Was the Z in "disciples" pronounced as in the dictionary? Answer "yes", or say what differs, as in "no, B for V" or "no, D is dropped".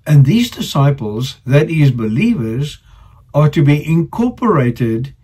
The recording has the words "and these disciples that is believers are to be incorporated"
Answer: yes